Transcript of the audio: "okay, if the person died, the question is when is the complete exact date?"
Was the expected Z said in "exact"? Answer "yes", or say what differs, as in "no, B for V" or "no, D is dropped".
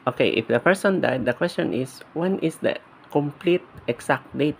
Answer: no, S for Z